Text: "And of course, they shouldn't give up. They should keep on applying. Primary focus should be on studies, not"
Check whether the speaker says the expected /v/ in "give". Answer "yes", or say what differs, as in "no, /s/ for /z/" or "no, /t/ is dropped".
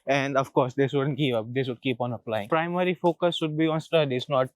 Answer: no, /p/ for /v/